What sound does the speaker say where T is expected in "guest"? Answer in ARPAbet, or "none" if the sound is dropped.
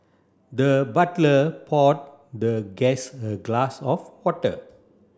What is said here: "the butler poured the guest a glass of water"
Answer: none